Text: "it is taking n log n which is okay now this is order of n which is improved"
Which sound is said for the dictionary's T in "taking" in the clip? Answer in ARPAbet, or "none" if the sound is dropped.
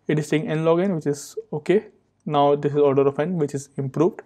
S